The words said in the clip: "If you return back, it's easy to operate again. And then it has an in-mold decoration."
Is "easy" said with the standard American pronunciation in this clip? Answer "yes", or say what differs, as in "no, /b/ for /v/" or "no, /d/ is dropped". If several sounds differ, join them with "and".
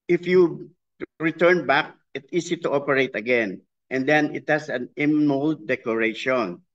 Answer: no, /s/ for /z/